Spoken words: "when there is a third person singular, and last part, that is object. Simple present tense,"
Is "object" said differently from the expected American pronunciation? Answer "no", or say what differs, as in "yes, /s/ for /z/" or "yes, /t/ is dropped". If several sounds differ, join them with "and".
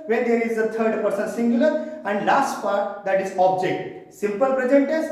no